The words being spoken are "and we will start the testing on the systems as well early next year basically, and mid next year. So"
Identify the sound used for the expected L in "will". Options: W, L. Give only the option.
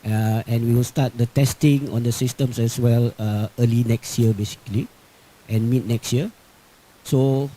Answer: L